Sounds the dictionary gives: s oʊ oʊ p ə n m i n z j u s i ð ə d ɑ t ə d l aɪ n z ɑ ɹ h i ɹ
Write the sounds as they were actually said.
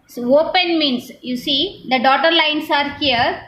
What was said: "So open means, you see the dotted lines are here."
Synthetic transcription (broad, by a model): s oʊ oʊ p ə n m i n s j u s i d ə d ɑ t ə d l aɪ n s ɑ ɹ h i ɹ